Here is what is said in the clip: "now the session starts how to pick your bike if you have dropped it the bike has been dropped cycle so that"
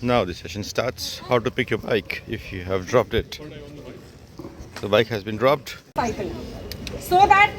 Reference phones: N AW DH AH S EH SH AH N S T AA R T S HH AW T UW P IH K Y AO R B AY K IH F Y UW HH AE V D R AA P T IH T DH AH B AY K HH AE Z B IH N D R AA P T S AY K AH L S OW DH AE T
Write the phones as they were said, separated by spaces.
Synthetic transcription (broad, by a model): N AW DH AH S EH SH AH N S T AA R T S HH AW T UW P IH K Y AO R B AY K IH F Y UW HH AE V D R AA P T IH T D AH B AY K HH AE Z B IH N D R AA P T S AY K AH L S OW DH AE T